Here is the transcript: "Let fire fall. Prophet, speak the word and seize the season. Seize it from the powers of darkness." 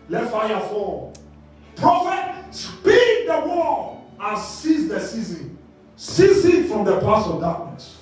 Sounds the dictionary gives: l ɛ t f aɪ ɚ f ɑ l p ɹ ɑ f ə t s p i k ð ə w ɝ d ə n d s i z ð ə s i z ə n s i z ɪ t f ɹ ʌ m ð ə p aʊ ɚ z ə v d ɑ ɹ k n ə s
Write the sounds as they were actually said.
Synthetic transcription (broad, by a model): l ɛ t f aɪ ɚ f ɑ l p ɹ ɑ f ə t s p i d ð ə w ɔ ə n s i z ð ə s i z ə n s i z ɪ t f ɹ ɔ m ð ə p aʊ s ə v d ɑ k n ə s